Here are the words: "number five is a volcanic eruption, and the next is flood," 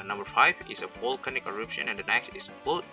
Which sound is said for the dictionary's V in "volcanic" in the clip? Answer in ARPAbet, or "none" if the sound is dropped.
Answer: P